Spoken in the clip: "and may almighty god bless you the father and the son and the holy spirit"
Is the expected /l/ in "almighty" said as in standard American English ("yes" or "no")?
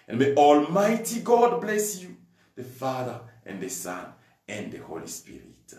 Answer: yes